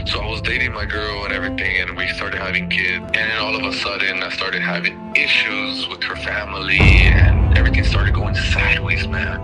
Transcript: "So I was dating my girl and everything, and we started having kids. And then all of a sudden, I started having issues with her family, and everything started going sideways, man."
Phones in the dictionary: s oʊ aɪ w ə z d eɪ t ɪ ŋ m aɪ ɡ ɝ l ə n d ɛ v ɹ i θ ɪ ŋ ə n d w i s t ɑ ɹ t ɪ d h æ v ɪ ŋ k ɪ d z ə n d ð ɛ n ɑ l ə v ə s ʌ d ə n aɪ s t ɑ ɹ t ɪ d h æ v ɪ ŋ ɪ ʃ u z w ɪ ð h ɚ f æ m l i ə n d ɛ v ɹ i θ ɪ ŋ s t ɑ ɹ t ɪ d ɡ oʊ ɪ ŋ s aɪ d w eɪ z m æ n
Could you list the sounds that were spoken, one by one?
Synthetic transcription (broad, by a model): s oʊ aɪ w ə z d eɪ t ɪ ŋ m aɪ ɡ ɝ l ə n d ɛ v ɹ i θ ɪ ŋ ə n w i s t ɑ ɹ t ɪ d h æ v ɪ ŋ k ɪ d z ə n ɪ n ɑ l ə v ə s ʌ d n aɪ s t ɑ ɹ t ɪ d h æ v ɪ ŋ ɪ ʃ u z w ɪ ð h ɚ f æ m l i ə n ɛ v ɹ i θ ɪ ŋ s t ɑ ɹ t ɪ d ɡ oʊ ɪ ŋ s aɪ d w eɪ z m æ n